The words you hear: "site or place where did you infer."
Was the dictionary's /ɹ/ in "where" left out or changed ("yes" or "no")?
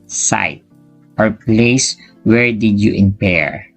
no